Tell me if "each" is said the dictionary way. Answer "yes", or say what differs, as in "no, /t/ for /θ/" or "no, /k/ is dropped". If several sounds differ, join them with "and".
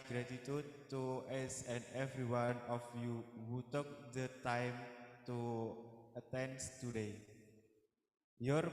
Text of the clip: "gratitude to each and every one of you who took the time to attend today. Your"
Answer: no, /s/ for /tʃ/